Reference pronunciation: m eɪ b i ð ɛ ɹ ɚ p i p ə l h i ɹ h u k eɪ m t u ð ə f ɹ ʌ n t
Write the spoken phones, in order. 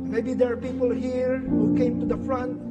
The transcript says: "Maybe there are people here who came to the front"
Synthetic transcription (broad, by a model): m eɪ b i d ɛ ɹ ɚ p i p ə l h i ɹ h u k eɪ m t u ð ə f ɹ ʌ n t